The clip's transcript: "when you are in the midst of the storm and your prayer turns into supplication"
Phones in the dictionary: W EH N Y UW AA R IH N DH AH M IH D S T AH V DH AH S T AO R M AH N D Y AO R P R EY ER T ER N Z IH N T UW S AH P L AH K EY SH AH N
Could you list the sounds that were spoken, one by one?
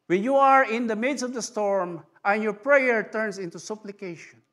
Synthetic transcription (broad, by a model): W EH N Y UW AA R IH N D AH M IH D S AH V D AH S T AO R M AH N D Y AO R P R EY ER T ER N S IH N T UW S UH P L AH K EY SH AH N